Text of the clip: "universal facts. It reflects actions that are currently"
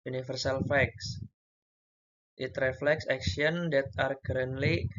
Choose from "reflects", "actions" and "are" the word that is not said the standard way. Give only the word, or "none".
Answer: actions